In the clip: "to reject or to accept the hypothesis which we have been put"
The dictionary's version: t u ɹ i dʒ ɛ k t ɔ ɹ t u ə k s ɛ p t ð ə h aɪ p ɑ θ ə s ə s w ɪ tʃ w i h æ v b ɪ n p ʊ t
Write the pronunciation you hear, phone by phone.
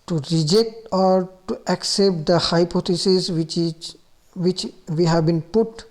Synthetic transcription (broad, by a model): t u ɹ i dʒ ɛ k t ɔ ɹ t u ə k s ɛ p t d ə h aɪ p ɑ t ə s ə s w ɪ tʃ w i h æ v b ɪ n p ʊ t